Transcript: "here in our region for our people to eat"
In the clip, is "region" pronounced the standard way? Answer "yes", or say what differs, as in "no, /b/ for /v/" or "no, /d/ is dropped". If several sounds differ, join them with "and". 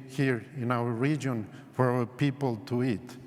yes